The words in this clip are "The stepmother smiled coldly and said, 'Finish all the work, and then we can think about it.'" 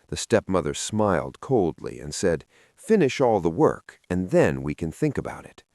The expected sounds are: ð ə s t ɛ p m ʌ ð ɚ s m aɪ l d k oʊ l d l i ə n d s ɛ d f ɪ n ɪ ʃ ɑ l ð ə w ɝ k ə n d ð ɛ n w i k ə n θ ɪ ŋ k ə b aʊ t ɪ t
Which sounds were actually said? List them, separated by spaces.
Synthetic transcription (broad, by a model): ð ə s t ɛ p m ʌ ð ɚ s m aɪ l d k oʊ l d l i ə n s ɛ d f ɪ n ɪ ʃ ɑ l ð ə w ɝ k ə n ð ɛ n w i k ə n θ ɪ ŋ k ə b aʊ t ɪ t